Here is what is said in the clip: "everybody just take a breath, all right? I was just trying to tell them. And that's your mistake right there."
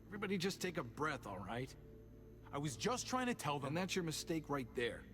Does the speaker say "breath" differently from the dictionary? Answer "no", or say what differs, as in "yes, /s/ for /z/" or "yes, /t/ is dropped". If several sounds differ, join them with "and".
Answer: no